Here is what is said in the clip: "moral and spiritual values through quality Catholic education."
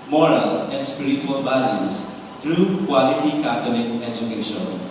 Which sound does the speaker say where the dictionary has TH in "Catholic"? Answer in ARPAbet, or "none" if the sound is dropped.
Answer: T